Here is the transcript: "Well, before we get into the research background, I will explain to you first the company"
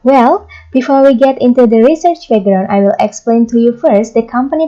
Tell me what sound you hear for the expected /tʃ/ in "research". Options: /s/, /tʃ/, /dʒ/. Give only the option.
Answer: /tʃ/